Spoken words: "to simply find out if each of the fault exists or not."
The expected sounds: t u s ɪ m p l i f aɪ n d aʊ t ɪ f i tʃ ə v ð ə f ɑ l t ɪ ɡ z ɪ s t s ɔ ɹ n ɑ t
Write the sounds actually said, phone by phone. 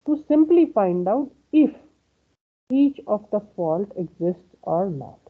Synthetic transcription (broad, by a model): t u s ɪ m p l i f aɪ n d aʊ t ɪ f i tʃ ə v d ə f ɑ l t ɪ ɡ z ɪ s t s ɔ ɹ n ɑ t